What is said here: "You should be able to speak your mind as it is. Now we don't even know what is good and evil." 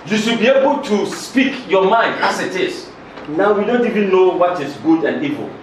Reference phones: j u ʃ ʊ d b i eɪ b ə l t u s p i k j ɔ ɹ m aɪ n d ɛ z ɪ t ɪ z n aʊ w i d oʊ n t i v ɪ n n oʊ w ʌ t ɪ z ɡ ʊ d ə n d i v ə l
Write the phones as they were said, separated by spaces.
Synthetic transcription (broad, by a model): j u ʃ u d b i eɪ b ə l t u s p i k j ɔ m aɪ n d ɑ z ɪ t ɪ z n aʊ w i d oʊ n t i v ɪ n n oʊ w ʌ t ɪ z ɡ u d ə n d i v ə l